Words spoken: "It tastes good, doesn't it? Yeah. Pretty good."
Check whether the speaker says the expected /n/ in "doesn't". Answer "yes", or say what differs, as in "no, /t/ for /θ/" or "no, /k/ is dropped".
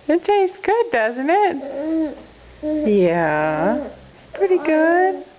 yes